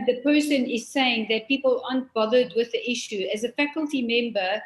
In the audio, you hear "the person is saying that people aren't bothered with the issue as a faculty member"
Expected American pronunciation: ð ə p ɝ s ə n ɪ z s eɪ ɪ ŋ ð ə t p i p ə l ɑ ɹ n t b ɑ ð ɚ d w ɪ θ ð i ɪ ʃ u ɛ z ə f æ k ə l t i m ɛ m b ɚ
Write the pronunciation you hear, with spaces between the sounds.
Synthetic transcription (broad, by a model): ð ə p ɝ s ə n ɪ z s eɪ ɪ ŋ ð ə t p i p ə l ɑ n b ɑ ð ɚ d w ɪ ð i ɪ ʃ u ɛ z ə f æ k ə l t i m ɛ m b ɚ